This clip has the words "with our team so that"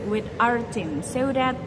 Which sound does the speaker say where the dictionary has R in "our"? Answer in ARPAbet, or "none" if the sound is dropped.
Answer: R